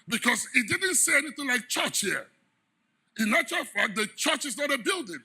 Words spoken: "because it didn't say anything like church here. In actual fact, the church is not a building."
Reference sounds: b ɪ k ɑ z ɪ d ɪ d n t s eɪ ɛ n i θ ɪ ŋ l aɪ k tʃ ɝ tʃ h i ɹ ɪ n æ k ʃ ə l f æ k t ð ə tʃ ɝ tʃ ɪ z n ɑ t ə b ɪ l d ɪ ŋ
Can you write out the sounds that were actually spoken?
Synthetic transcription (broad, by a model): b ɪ k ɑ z ɪ d ɪ d n t s eɪ ɛ n i θ ɪ ŋ l aɪ k tʃ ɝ tʃ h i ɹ ɪ n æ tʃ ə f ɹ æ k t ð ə tʃ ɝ tʃ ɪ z n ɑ t ə b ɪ l d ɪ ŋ